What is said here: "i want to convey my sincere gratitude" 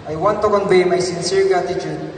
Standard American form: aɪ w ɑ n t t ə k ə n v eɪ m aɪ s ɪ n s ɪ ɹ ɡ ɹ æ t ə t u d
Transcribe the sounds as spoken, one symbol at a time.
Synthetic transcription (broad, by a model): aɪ w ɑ n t t ə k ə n b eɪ m aɪ s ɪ n s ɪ ɹ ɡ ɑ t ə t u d